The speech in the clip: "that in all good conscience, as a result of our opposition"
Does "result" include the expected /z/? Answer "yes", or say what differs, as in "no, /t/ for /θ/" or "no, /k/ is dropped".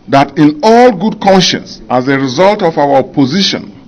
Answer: yes